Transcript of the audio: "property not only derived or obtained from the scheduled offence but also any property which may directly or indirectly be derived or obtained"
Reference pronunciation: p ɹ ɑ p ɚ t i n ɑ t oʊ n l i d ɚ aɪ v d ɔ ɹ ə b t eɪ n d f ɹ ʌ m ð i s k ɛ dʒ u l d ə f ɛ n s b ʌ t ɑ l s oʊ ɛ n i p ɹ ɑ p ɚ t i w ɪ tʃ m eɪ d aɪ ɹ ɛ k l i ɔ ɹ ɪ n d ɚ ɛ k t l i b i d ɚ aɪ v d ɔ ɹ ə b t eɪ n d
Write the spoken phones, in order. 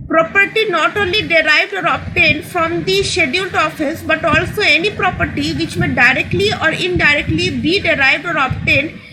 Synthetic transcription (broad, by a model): p ɹ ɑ p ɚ t i n ɑ t oʊ n l i d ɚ aɪ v d ɔ ɹ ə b t eɪ n d f ɹ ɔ m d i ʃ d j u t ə f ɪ s b ʌ t ɑ l s oʊ ɛ n i p ɹ ɑ p ɚ t i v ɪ tʃ m eɪ d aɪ ɹ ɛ k l i ɔ ɹ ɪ n d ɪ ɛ k t l i b i d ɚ aɪ v d ɔ ɹ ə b t eɪ n d